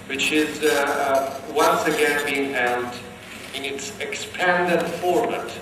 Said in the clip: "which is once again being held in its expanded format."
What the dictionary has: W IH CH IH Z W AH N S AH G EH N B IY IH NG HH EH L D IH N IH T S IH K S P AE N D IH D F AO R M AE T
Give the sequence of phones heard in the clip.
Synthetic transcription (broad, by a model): W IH CH IH Z W AH N S AH G EH N B IY IH NG HH EH L D IH N IH T S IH K S P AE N D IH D F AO R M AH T